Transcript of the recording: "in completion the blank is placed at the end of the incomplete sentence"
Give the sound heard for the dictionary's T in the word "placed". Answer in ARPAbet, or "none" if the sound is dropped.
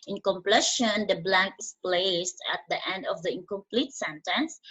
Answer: T